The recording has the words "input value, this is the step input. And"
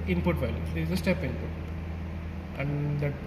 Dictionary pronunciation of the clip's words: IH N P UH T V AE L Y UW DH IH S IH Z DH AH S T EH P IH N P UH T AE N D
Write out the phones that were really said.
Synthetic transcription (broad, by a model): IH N P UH T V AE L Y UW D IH IH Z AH S T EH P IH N P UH T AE N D